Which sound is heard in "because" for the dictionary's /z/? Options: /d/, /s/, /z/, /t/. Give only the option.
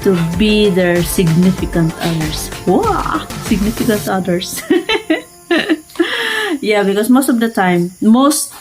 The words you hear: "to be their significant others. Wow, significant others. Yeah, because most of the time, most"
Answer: /s/